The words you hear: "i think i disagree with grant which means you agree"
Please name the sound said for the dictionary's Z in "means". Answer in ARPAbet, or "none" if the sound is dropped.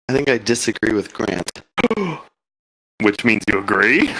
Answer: Z